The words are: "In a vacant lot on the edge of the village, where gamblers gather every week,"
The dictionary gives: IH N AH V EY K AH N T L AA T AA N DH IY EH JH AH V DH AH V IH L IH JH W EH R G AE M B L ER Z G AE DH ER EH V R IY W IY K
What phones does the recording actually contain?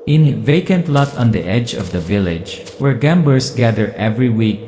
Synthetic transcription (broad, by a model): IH N V EY K AH N T L AA T AA N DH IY EH JH AH V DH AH V IH L IH JH W EH R G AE M B ER S G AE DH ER EH V R IY W IY K